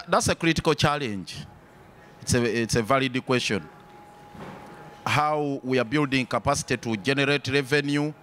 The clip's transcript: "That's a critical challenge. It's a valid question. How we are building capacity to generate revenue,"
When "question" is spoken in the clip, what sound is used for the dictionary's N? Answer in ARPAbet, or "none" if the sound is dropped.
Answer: N